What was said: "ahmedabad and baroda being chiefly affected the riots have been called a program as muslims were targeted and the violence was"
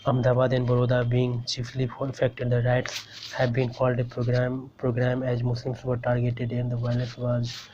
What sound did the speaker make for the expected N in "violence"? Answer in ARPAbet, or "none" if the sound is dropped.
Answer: none